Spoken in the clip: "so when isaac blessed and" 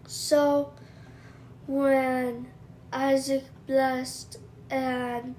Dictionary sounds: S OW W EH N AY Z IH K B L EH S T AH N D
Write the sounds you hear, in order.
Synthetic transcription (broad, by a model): S OW W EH N AY Z IH K B L EH S T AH N